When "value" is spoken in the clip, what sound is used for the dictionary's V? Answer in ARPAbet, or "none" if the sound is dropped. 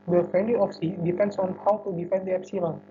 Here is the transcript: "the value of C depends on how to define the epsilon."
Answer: F